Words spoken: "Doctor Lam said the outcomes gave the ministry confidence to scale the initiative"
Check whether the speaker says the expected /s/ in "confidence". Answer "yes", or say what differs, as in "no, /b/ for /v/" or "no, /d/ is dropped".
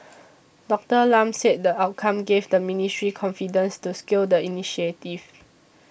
yes